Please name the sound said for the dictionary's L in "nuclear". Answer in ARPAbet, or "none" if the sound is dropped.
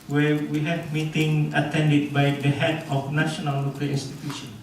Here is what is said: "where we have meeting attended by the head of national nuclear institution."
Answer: none